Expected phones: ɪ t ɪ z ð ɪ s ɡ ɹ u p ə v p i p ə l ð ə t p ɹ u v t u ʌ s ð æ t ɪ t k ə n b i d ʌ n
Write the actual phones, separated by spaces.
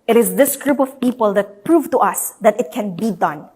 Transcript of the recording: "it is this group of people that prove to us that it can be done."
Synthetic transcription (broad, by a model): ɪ t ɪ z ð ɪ s ɡ ɹ u p ə v p i p ə l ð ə t p ɹ u v t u ʌ s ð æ t ɪ t k ə n b i d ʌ n